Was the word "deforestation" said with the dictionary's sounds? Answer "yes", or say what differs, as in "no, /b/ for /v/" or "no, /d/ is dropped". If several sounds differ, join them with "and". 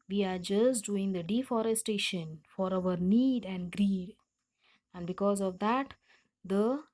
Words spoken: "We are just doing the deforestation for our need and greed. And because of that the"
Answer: yes